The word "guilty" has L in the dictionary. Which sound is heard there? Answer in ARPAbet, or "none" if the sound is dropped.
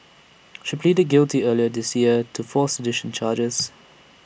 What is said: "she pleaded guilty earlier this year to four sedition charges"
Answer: L